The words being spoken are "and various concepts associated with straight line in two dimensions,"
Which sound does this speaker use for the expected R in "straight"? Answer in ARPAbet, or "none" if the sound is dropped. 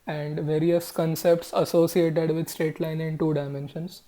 none